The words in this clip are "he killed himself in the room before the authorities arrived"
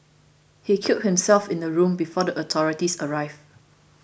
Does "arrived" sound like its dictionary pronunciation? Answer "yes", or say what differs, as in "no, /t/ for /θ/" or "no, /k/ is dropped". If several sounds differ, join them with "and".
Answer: no, /d/ is dropped